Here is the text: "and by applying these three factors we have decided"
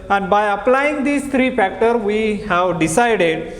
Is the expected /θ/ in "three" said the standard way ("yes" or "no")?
no